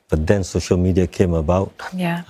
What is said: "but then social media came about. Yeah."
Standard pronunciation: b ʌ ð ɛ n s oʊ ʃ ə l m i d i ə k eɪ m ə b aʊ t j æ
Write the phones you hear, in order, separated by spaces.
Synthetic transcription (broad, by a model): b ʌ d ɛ n s oʊ ʃ ə l m i d i ə k eɪ m ə b aʊ t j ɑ